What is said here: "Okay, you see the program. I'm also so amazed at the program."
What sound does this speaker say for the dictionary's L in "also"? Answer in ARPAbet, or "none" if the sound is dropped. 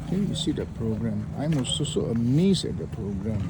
none